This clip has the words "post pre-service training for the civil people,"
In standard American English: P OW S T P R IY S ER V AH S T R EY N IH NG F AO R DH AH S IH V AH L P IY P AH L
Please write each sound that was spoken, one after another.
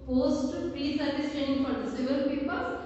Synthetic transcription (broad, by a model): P OW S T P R IY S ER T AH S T EY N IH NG F AO R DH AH S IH V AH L P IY P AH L